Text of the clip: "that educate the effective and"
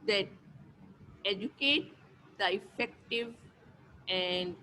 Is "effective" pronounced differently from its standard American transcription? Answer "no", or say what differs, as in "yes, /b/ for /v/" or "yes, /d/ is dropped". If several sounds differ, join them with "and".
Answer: no